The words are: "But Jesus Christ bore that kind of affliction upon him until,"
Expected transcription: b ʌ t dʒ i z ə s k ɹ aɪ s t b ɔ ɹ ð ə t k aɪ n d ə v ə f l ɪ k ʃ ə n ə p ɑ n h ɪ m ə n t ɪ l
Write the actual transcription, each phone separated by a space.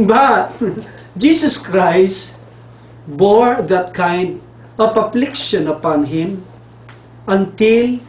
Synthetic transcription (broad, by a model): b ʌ t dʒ i s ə s k ɹ aɪ s t b ɔ ɹ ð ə t k aɪ n d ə p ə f l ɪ k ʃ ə n ə p ɑ n h ɪ m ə n t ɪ l